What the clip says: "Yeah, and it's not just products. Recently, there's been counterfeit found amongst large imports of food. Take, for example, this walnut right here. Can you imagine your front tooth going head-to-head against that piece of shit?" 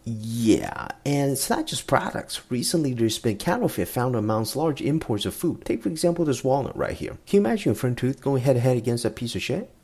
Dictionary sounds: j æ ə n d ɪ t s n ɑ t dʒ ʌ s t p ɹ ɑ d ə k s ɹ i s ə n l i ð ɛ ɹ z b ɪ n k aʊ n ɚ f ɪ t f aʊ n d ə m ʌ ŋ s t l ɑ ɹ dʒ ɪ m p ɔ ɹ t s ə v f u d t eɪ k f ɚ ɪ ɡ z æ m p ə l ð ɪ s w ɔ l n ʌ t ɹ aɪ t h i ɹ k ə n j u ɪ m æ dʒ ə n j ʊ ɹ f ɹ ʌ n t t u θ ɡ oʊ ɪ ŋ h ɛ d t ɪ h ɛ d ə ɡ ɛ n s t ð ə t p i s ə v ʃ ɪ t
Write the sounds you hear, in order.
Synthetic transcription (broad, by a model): j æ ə n ɪ t s n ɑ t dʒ ʌ s p ɹ ɑ d ə k s ɹ i s ə n l i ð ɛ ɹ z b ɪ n k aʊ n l f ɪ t f aʊ n d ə m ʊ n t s l ɑ ɹ dʒ ɪ m p ɔ ɹ t s ə v f u d t eɪ k f ɚ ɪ ɡ z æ m p l ð ɪ s w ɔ l ʌ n ɹ aɪ t h i ɹ k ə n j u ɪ m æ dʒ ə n f ɹ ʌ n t t u θ ɡ oʊ ɪ ŋ h ɛ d t ɪ h ɛ d ə ɡ ɛ n s t ð ə t p i s ə v ʃ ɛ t